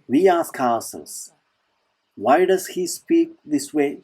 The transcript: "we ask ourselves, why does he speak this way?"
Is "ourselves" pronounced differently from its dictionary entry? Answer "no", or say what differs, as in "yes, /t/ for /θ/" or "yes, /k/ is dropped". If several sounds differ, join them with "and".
yes, /l/ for /ɹ/